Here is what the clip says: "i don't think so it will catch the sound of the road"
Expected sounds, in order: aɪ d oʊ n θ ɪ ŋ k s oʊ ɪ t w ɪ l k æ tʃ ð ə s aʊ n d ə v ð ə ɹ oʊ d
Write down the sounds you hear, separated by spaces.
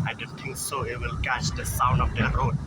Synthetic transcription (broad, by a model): aɪ d oʊ n t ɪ ŋ k s oʊ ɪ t w ɪ l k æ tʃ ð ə s aʊ n d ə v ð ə ɹ oʊ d